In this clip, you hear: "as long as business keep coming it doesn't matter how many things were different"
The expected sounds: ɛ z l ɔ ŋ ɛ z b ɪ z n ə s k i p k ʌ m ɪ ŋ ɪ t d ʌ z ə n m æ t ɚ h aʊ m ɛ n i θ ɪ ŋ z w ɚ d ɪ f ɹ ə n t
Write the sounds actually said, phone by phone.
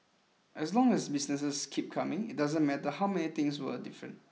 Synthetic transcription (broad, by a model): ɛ s l ɔ ŋ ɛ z b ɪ s n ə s k i p k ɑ m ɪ ŋ ɪ t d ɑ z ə n m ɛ t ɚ h aʊ m ɛ n i t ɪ ŋ s w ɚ d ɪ f ɹ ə n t